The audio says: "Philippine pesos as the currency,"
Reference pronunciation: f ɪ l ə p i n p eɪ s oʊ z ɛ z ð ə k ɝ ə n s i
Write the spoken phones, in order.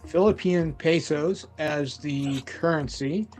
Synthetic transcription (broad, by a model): f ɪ l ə p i n p eɪ s oʊ z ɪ z ð ə k ɝ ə n s i